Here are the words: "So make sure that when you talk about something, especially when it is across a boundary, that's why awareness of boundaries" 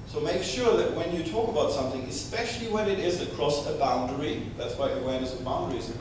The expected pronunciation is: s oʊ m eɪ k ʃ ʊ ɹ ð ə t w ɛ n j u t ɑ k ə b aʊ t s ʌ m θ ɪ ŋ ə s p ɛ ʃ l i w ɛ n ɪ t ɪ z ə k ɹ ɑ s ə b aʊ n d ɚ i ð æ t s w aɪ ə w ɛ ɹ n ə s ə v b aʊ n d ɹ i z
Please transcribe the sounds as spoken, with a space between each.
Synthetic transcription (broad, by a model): s oʊ m eɪ k ʃ ʊ ɹ ð ə t w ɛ n j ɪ t ɑ k ə b aʊ t s ʌ m θ ɪ ŋ ə s p ɛ ʃ l i w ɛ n ɪ t ɪ z ə k ɹ ɑ s ə b aʊ n d ɚ i ð æ t s w aɪ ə w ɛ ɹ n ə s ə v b aʊ n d ɹ i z